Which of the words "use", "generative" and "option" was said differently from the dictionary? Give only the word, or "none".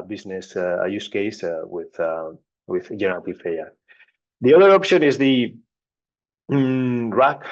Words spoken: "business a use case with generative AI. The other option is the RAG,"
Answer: generative